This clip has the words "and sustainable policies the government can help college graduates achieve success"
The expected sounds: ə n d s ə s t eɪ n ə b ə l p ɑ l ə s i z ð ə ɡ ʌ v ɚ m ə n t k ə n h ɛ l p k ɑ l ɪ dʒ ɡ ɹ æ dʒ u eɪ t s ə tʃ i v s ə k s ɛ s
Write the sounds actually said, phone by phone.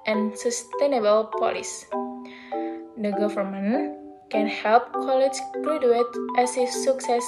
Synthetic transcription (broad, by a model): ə n s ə s t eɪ n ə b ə l p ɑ l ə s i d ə ɡ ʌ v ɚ m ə n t k ə n h ɛ l p k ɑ l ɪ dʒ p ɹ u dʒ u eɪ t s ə s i s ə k s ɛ s